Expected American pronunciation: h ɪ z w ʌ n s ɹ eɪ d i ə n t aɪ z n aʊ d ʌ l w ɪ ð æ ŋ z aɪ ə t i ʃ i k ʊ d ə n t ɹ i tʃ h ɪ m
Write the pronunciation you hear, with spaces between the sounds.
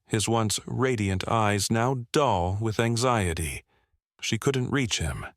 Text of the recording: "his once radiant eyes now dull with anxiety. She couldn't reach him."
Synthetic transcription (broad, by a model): h ɪ z w ʌ n s ɹ eɪ d i ə n t aɪ z n aʊ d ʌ l w ɪ ð æ ŋ z aɪ ə t i ʃ i k ʊ d n t ɹ i tʃ h ɪ m